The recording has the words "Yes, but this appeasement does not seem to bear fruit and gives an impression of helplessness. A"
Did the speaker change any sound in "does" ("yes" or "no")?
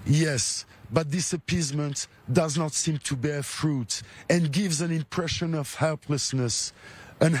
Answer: no